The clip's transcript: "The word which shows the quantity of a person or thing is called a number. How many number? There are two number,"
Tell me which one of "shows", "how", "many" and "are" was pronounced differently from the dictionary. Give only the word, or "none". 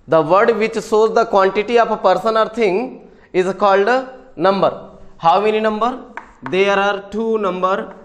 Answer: shows